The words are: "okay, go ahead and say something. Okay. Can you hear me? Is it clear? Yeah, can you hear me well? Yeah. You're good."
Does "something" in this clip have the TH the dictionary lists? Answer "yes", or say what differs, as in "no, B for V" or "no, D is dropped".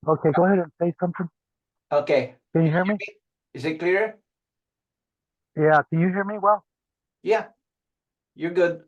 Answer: yes